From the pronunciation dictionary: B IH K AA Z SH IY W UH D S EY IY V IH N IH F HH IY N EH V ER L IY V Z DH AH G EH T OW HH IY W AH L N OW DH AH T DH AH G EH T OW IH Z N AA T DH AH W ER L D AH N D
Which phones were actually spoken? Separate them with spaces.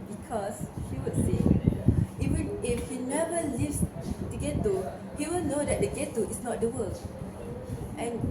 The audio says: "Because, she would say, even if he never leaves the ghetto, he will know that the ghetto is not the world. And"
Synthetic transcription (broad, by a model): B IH K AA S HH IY W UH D S EY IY W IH IH F HH IY N EH V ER L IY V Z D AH G EH T OW HH IY W AH L N OW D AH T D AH G EH T OW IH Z N AA T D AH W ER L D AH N